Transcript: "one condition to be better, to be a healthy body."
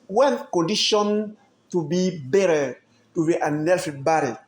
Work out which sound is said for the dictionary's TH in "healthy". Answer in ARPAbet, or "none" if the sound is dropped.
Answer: F